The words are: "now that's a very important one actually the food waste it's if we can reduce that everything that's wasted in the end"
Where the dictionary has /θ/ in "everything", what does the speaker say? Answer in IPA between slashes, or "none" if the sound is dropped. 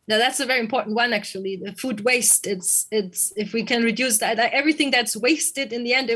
/θ/